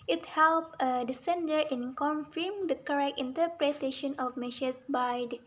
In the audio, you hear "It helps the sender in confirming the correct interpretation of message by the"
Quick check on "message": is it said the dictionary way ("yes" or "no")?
no